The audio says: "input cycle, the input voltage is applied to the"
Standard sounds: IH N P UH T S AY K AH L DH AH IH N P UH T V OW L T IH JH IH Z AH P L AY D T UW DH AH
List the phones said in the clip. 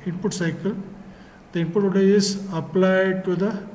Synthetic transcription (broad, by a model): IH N P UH T S AY K AH L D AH IH N P UH T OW T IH IH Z AH P L AY D T UW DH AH